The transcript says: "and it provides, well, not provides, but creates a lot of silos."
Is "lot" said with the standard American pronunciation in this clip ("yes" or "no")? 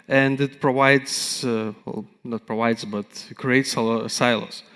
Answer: no